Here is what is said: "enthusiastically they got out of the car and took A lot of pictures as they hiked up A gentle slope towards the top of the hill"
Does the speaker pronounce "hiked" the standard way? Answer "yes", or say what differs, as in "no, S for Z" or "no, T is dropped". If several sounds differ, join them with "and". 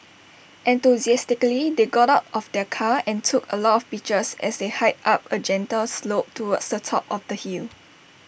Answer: no, K is dropped